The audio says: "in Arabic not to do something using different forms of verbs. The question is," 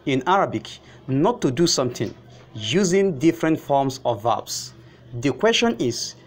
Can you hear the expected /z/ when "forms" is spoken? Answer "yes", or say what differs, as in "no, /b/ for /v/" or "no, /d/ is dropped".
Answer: no, /s/ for /z/